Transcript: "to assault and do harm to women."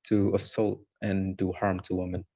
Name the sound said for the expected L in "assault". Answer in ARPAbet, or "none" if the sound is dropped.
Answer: L